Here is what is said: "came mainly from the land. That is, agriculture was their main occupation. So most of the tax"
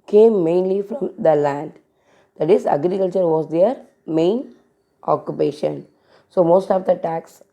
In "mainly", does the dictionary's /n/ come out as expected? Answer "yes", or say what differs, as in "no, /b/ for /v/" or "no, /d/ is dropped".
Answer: yes